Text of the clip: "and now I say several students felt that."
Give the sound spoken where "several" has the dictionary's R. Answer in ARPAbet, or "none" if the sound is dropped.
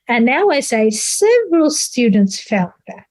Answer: R